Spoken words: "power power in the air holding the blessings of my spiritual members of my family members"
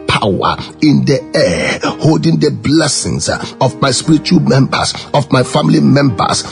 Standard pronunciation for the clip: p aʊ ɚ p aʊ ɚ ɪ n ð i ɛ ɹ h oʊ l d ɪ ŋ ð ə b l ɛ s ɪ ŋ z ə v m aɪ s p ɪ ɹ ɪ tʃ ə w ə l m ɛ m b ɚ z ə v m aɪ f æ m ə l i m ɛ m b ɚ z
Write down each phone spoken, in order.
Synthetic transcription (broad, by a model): p aʊ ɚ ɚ ɪ n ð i ɛ h oʊ l d ɪ ŋ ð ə b l ɛ s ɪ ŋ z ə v m aɪ s p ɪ ɹ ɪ tʃ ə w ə l m ɛ m b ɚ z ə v m aɪ f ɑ m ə l i m ɛ m b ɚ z